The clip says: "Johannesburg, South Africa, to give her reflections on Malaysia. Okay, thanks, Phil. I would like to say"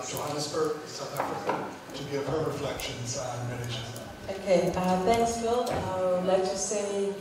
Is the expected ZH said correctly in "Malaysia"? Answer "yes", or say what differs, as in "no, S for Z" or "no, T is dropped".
no, Z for ZH